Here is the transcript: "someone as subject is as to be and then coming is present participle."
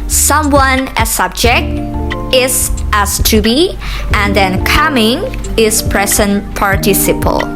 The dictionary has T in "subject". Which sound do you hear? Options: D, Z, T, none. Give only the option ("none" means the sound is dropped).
T